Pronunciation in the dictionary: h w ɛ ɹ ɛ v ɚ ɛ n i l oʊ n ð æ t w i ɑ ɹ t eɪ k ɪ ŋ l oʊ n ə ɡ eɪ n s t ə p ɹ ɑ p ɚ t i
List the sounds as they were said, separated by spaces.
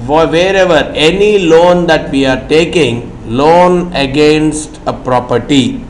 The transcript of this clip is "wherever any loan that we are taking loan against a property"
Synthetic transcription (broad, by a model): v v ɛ ɹ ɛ v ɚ ɛ n i l oʊ n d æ t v i ɑ ɹ t eɪ k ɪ ŋ l oʊ n ə ɡ eɪ n s t ə p ɹ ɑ p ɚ t i